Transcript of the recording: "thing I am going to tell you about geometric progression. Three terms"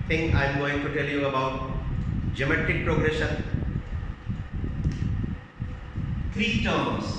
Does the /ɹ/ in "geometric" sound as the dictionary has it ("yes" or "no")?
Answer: no